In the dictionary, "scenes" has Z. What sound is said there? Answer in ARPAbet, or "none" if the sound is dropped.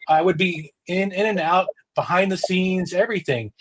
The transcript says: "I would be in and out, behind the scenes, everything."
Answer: Z